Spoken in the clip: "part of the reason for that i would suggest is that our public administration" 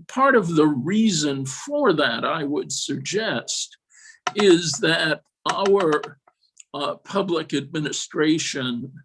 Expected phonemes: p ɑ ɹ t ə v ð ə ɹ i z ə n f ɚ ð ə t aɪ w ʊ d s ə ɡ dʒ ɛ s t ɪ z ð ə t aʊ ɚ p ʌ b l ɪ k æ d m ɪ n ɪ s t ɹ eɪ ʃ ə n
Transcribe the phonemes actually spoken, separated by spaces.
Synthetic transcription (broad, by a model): p ɑ ɹ t ə v ð ə ɹ i z ə n f ɚ ð ə t aɪ w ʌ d s ə ɡ dʒ ɛ s t ɪ z ð ə t aʊ ɚ p ʌ b l ɪ k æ d m ɪ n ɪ s t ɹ eɪ ʃ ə n